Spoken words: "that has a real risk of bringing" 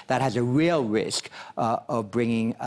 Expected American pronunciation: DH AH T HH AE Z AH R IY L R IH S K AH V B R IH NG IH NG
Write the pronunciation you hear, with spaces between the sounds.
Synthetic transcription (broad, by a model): DH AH T HH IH Z AH R IY L R IH S K AH V B R IH NG IH NG